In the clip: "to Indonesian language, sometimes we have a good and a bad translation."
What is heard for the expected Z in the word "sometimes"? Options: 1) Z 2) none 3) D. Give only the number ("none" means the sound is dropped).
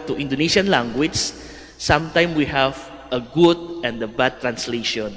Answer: 2